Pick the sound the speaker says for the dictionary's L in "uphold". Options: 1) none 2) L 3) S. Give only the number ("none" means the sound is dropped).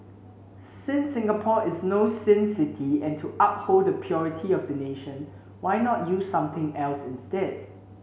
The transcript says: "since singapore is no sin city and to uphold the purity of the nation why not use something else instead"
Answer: 2